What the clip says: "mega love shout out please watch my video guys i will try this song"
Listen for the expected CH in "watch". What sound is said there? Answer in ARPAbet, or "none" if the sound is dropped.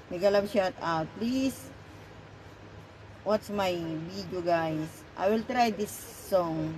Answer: S